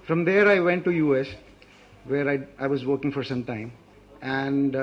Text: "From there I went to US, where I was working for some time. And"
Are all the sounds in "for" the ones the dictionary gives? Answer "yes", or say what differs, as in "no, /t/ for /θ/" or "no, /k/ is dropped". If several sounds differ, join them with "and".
yes